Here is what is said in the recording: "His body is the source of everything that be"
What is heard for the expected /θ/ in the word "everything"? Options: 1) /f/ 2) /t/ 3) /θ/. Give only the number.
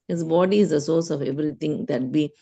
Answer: 2